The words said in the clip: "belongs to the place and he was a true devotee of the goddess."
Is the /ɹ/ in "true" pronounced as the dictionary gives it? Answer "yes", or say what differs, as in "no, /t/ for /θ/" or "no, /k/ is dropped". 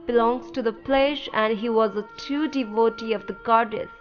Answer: no, /ɹ/ is dropped